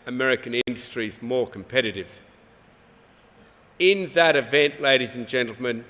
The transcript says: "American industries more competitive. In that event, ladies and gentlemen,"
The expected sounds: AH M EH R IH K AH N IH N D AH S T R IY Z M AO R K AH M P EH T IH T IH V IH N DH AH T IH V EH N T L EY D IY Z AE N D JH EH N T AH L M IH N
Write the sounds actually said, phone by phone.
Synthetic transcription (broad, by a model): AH M EH R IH K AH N IH N D AH S T R IY Z M AO R K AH M P EH T IH T IH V IH N DH AH T IH V EH N T L EY D IY Z N JH EH N T L M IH N